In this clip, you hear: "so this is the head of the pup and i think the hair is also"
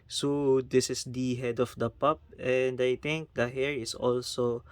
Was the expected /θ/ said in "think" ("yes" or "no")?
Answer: no